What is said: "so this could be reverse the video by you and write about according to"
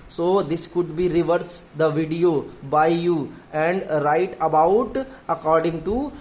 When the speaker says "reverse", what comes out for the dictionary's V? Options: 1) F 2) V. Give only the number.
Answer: 2